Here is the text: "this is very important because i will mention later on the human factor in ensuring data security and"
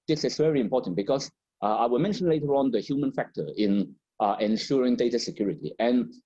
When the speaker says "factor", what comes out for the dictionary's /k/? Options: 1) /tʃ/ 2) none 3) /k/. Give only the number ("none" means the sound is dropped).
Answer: 3